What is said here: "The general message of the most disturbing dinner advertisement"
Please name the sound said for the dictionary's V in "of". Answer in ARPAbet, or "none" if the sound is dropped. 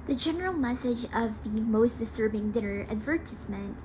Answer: V